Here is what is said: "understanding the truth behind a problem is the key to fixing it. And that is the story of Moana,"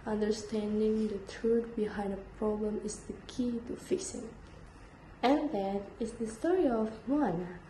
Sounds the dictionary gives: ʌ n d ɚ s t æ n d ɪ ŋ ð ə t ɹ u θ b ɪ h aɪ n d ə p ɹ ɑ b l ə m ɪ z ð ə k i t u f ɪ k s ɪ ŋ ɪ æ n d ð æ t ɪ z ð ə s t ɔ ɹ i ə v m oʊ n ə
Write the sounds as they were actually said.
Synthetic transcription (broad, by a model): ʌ n d ɚ s t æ n d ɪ ŋ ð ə t ɹ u t b ɪ h aɪ n d ə p ɹ ɑ b l ə m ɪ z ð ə k i t u f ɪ k s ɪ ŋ ɪ n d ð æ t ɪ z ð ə s t ɔ ɹ i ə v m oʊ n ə